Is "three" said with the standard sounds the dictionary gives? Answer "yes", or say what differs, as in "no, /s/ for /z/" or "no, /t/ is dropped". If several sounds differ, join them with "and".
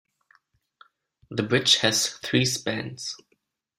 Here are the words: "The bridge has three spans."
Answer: yes